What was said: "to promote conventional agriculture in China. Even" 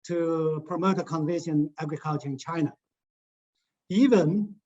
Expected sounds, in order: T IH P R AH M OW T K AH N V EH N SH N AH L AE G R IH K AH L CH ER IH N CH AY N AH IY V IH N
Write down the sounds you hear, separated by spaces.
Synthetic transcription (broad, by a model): T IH P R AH M OW T K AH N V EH SH AH N AE G R IH K AH L CH ER IH N CH AY N AH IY V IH N